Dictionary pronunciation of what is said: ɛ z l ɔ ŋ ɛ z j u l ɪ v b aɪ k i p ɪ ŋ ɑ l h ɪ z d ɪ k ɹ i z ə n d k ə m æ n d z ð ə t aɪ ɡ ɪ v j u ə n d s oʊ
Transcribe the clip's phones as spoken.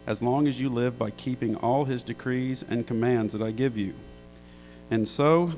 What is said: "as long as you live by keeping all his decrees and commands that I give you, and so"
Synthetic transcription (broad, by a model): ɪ z l ɔ ŋ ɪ z j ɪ l ɪ v b aɪ k i p ɪ ŋ ɑ l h ɪ z d ɪ k ɹ i z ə n k ə m æ n d z ð ə t aɪ ɡ ɪ v j u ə n s oʊ